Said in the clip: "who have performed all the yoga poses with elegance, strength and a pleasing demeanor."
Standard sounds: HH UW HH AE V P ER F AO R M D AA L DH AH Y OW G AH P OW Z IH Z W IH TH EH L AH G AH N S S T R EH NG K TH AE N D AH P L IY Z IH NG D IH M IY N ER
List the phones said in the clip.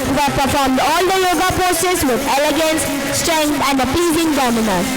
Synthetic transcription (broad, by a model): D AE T P ER F AO R M D AA L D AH Y OW G AH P OW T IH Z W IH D EH L AH G AH N S S T R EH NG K T AE N D AH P IY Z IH NG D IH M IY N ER